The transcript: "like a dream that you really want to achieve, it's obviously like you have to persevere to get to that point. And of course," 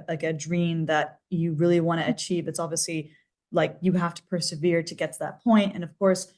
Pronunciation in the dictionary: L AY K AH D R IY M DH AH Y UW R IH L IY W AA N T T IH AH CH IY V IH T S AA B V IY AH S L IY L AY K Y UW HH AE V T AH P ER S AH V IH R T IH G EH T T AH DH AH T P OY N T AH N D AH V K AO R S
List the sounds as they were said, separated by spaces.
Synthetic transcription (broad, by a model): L AY K AH D R IY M DH AH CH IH R IH L IY W AA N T T IH CH IY V IH T S AA B V IY AH S L IY L AY K Y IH HH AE F T AH P ER S AH V IH R T IH G EH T T AH DH AH T P OY N T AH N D AH V K AO R S